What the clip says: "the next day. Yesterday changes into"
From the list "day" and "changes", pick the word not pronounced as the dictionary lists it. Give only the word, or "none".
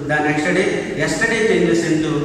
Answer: changes